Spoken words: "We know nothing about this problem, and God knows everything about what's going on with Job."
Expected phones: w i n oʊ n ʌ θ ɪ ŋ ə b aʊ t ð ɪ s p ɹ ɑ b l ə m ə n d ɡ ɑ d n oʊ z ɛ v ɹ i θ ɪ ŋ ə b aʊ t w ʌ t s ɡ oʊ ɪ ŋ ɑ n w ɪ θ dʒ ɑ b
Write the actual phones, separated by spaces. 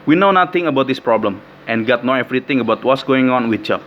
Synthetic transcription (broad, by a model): w i n oʊ n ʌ t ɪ ŋ ə b aʊ t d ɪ s p ɹ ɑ b l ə m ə n ɡ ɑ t n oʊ ɛ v ɹ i t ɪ ŋ ə b aʊ t w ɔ t s ɡ oʊ ɪ ŋ ɑ n w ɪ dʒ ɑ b